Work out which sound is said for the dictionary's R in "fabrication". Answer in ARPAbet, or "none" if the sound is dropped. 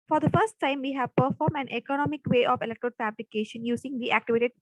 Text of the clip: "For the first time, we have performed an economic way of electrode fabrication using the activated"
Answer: L